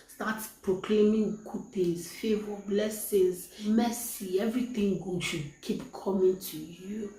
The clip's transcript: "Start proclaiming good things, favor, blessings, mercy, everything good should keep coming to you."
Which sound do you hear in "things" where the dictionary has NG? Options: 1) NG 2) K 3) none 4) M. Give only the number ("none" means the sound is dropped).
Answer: 3